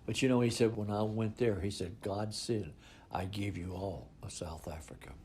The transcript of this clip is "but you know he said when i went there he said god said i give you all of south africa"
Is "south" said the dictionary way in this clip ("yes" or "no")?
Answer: yes